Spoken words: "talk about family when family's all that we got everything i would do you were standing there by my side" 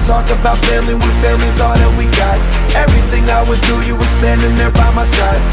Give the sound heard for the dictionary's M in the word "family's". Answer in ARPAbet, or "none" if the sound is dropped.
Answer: none